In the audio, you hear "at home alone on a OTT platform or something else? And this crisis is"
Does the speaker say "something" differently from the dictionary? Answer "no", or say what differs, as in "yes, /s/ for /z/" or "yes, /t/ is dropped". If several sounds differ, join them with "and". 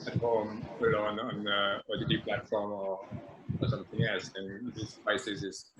no